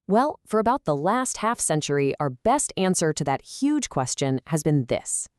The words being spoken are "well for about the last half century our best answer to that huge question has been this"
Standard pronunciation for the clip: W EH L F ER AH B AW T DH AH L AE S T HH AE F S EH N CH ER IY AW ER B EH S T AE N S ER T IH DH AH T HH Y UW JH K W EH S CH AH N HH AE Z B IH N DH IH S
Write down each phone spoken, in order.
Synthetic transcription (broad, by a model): W EH L F ER AH B AW T DH AH L AE S T HH AE F S EH N CH ER IY AW ER B EH S T AE N S ER T IH DH AH T HH Y UW JH K W EH S CH AH N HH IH Z B IH N DH IH S